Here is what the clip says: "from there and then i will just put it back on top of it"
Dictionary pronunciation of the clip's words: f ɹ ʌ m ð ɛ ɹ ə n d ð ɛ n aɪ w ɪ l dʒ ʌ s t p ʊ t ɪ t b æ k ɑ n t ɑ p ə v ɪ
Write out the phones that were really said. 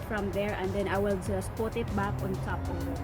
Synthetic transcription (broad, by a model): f ɹ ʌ m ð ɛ ɹ ə n d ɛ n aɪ w ɪ l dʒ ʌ s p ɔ t ɪ t b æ k ɑ n s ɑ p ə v